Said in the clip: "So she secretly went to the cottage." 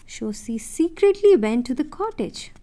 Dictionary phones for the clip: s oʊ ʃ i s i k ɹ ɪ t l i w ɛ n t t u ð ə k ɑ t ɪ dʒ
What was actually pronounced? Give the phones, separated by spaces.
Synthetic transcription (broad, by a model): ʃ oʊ s i s i k ɹ ɪ t l i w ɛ n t t u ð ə k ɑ t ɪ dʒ